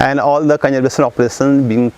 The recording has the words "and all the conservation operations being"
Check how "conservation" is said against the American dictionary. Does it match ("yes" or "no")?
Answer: no